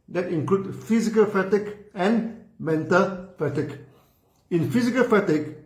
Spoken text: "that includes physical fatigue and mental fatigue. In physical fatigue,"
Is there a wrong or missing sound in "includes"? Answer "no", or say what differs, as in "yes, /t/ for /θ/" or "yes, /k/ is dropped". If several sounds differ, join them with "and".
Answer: yes, /z/ is dropped